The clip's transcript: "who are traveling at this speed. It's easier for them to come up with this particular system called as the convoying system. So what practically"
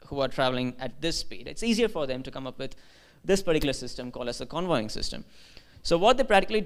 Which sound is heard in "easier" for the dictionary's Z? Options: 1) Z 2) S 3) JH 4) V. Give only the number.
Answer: 1